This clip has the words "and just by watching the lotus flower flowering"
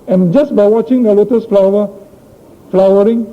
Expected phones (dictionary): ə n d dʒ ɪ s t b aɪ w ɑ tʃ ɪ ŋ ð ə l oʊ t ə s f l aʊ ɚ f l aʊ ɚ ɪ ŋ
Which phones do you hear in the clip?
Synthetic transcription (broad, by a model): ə n dʒ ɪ s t b aɪ w ɑ tʃ ɪ ŋ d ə l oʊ t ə s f l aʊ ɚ f l aʊ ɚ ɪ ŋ